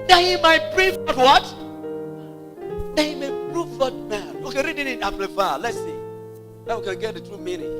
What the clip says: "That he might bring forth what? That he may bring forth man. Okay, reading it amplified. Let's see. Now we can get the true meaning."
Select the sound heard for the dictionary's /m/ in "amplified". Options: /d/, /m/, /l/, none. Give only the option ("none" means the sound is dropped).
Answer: none